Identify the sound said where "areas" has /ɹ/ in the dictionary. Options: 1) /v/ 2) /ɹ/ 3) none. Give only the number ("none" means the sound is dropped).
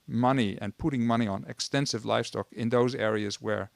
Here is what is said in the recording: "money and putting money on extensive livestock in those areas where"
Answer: 2